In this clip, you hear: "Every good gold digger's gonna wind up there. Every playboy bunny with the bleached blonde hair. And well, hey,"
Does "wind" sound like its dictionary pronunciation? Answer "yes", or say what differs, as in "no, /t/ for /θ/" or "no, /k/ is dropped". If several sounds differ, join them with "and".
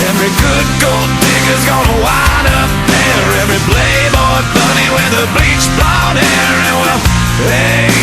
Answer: no, /d/ is dropped